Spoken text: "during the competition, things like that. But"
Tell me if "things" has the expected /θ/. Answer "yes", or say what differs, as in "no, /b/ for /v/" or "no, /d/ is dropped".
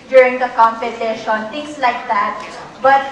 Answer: no, /t/ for /θ/